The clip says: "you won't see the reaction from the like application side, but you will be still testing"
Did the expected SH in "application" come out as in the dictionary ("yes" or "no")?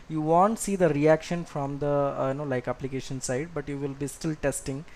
yes